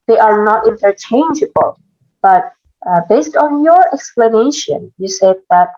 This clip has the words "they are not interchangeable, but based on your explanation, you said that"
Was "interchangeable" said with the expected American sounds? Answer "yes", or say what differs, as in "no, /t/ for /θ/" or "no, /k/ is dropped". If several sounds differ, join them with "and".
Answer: yes